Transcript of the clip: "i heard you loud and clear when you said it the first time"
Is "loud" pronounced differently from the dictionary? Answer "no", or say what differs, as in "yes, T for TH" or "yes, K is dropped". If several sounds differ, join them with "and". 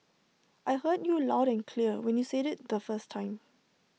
no